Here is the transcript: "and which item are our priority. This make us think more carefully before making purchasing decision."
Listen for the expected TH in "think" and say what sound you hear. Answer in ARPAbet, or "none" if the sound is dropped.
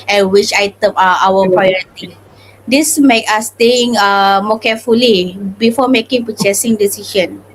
T